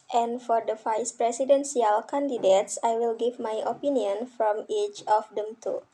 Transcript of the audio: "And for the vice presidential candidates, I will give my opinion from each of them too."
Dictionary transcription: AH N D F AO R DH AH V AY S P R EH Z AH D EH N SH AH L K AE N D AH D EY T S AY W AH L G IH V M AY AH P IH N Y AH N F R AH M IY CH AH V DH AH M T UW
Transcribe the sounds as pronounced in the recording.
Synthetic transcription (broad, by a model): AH N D F AO R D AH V AY S P R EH S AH D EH N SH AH L K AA N D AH D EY T S AY W AH L G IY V M AY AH P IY N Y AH N F R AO M IY CH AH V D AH M T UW